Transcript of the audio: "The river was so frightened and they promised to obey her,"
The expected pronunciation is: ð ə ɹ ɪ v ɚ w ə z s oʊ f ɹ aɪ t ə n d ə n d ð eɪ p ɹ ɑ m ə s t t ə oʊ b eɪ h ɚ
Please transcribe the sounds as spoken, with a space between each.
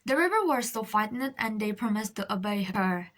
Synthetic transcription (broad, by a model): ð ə ɹ ɪ v ɚ w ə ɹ s oʊ f aɪ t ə n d ə n d eɪ p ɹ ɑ m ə s t t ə oʊ b eɪ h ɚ